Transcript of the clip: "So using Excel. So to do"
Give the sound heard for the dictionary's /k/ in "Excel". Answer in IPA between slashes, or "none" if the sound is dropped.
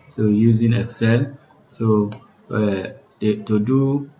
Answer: /k/